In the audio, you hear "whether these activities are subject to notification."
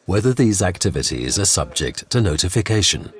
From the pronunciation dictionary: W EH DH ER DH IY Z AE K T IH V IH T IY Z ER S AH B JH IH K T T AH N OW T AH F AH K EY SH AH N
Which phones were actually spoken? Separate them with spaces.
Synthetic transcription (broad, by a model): W EH DH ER DH IY Z AE K T IH V IH T IY Z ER S AH B JH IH K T T AH N OW T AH F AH K EY SH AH N